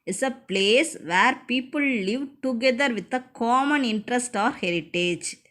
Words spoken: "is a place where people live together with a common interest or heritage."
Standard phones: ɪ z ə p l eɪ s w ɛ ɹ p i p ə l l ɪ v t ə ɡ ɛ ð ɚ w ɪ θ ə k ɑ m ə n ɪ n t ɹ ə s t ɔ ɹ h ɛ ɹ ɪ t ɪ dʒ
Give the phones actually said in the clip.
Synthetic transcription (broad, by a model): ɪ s ə p l eɪ s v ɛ ɹ p i p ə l l ɪ v t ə ɡ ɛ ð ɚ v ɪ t ə k ɑ m ə n ɪ n t ɹ ə s t ɔ ɹ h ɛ ɹ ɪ t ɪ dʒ